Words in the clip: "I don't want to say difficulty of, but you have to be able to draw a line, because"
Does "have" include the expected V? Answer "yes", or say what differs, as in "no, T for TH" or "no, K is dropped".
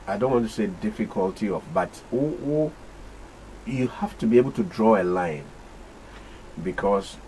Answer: no, F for V